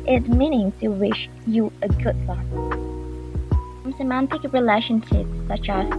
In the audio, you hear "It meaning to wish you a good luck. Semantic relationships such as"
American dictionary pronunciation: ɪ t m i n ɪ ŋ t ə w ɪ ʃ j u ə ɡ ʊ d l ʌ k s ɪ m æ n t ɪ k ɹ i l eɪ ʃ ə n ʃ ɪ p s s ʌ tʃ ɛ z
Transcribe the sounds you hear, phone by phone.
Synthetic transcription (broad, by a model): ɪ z m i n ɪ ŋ t ə w ɪ ʃ j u ə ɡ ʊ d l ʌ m s ɪ m æ n t ɪ k ɹ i l eɪ ʃ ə n ʃ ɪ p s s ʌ tʃ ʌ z